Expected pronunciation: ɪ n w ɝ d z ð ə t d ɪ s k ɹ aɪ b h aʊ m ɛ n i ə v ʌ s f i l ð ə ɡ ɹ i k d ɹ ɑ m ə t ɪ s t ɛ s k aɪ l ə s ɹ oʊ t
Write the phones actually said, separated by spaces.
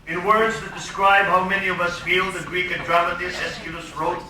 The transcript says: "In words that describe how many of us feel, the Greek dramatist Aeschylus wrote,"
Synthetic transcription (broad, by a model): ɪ n w ɝ d z ð ə t d ɪ s k ɹ aɪ b h aʊ m ɛ n i ə v ʌ s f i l ð ə ɡ ɹ i k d ɹ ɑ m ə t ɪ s ɛ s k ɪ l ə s ɹ oʊ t